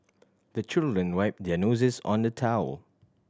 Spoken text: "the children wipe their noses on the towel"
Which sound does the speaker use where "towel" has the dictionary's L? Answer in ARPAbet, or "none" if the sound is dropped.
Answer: L